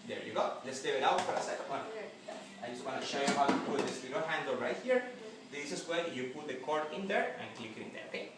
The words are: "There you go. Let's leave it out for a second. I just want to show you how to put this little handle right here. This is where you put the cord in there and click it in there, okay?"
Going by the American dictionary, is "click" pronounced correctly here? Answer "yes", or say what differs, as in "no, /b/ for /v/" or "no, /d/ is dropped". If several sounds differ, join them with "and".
yes